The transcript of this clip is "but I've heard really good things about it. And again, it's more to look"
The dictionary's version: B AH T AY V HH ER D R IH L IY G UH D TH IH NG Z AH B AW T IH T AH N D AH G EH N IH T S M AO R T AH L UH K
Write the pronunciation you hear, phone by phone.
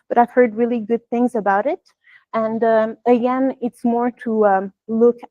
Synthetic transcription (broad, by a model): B AH T AY V HH ER D R IH L IY G UH D TH IH NG Z AH B AW T IH T AH N D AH G EH N IH T S M AO R T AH L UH K